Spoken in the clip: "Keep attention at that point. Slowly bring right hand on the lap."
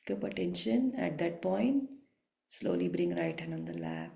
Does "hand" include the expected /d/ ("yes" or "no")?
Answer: no